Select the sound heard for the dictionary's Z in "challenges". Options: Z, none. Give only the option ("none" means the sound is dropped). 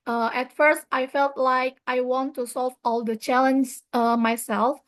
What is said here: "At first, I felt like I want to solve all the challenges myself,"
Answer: none